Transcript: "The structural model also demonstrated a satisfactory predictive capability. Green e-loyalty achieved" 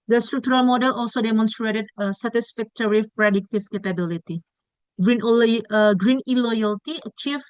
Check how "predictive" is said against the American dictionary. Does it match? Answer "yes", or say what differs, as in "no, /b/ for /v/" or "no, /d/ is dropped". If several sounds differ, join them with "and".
yes